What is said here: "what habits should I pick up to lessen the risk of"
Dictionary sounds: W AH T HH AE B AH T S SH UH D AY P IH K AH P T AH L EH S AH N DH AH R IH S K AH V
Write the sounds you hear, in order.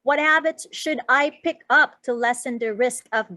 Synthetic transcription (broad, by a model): W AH T HH AE B AH T S SH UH D AY P IH K AH P T AH L EH S AH N DH AH R IH S K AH V